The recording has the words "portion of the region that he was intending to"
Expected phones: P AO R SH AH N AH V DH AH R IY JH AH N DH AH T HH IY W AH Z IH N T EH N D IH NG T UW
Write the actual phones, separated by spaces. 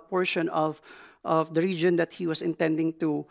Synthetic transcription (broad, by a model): P AO R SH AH N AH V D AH R IY JH AH N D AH T HH IY W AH S IH N T EH N D IH NG T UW